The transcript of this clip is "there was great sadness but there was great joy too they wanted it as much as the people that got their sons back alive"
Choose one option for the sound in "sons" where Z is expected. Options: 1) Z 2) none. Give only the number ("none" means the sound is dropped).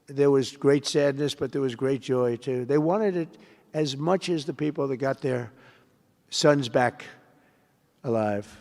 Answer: 1